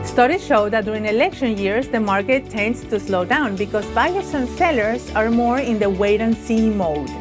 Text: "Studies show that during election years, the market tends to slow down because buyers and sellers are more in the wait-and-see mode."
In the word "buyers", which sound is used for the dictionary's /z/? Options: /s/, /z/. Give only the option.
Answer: /s/